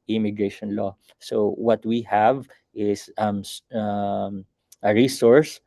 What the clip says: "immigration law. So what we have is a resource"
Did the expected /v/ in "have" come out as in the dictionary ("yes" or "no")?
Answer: yes